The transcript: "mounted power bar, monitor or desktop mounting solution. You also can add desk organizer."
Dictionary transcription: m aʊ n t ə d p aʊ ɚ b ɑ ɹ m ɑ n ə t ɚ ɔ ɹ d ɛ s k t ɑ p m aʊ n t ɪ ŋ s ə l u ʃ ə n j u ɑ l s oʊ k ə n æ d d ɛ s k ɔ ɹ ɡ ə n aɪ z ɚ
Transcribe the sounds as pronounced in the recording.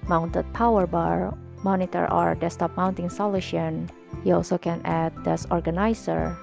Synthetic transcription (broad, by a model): m aʊ n t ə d p aʊ ɚ b ɑ ɹ m ɑ n ə t ɚ ɔ ɹ d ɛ s t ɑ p m aʊ n t ɪ ŋ s ə l u ʃ ə n j u ɑ l s oʊ k ə n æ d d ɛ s ɔ ɹ ɡ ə n aɪ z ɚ